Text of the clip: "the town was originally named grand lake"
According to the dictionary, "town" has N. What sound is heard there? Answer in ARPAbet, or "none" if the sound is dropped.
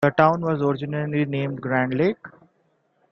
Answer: N